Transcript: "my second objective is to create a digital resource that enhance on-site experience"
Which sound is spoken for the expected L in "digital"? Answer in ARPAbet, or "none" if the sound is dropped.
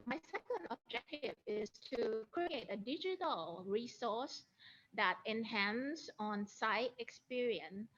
L